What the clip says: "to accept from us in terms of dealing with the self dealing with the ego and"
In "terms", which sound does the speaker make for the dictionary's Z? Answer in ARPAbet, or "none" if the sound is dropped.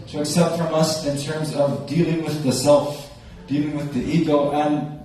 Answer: Z